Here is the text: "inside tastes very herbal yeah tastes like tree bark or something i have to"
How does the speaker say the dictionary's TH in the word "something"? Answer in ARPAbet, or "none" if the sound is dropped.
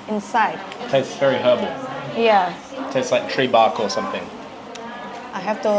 TH